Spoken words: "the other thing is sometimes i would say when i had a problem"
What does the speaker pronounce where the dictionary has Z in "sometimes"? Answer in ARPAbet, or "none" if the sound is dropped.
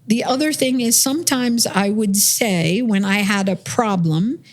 Z